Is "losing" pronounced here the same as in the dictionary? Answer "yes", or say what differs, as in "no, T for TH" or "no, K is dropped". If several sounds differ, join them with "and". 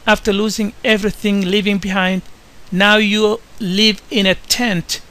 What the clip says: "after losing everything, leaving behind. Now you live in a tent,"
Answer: yes